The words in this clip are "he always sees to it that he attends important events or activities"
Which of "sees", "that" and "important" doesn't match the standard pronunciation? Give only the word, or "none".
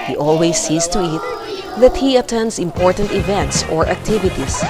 sees